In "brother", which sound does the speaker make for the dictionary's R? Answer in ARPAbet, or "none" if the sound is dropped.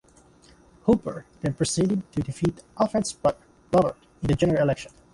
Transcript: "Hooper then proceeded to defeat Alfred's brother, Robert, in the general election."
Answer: none